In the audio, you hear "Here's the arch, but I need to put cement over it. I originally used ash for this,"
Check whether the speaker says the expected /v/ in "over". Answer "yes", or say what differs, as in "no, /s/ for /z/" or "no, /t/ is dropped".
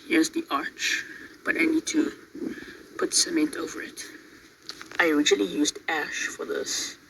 yes